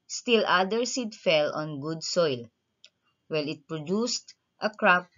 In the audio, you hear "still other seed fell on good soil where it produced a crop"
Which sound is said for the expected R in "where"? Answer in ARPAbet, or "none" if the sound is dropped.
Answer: L